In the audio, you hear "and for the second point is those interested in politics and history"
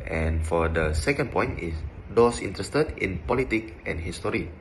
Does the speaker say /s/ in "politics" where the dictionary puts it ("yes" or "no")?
no